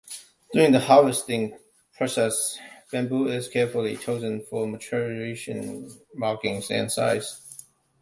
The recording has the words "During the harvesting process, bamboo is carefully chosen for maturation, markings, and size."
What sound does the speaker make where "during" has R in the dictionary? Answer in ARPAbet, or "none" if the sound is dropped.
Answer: R